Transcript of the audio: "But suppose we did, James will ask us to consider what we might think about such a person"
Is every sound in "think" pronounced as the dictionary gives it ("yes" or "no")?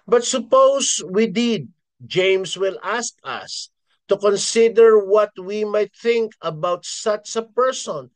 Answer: yes